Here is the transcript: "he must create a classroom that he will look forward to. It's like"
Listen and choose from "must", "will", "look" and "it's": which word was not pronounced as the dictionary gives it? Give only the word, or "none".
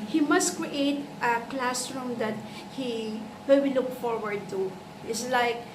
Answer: will